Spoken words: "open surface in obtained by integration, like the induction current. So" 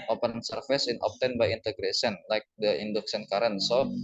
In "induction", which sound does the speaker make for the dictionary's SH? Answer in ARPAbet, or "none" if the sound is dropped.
S